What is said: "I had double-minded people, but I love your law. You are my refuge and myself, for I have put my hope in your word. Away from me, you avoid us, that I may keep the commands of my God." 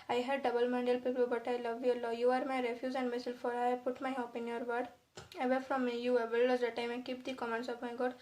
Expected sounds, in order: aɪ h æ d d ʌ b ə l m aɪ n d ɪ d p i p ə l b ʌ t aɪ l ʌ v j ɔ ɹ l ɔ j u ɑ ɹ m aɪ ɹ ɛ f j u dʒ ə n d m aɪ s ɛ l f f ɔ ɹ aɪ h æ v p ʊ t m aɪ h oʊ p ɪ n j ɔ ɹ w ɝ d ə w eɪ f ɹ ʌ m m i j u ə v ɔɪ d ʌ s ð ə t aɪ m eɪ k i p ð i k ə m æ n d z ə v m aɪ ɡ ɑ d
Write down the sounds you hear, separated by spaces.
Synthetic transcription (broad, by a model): aɪ h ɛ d d ʌ b ə l m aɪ n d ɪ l p i p ə l b ʌ t aɪ l ʌ v j ɔ ɹ l ɔ j u ɑ ɹ m aɪ ɹ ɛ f j u z ə n d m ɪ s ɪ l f f ɔ ɹ aɪ p ʊ t m aɪ h oʊ p ɪ n j ɔ ɹ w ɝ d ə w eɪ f ɹ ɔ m m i j u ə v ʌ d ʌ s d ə t aɪ m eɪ k i p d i k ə m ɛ n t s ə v m aɪ ɡ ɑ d